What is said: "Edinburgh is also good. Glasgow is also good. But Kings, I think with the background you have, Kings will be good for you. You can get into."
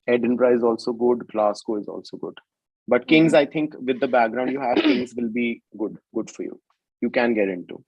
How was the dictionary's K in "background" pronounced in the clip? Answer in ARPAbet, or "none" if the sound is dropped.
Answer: K